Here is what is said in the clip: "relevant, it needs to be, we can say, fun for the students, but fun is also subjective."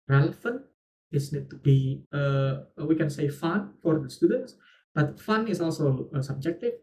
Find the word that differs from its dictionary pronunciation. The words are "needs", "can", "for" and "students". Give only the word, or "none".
needs